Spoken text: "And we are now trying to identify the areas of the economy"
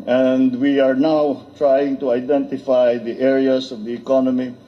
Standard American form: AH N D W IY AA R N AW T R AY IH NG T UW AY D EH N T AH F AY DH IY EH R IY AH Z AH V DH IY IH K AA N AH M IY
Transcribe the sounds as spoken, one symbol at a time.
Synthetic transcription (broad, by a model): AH N D W IY AA R N AW T R AY IH NG T UW AY D EH N T AH F AY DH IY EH R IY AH S AH V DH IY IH K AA N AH M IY